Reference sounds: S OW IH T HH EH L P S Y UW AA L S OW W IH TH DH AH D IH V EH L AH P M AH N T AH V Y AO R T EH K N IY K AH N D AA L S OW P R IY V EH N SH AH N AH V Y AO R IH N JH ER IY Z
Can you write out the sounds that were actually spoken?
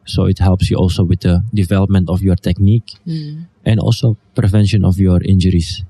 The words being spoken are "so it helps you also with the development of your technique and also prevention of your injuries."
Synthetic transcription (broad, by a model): S OW IH T HH EH L P S Y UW AA L S OW W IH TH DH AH D IH V EH L AH P M AH N T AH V Y AO R T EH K N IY K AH N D AA L S OW P R IY V EH N SH AH N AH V Y AO R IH N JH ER IY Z